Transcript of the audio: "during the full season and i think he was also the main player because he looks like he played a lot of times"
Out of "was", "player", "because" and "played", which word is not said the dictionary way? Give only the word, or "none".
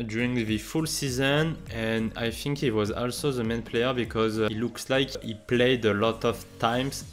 none